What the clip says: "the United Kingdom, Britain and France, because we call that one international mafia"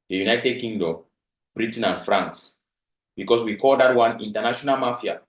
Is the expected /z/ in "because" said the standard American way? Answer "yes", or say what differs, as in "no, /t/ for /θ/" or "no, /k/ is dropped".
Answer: no, /s/ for /z/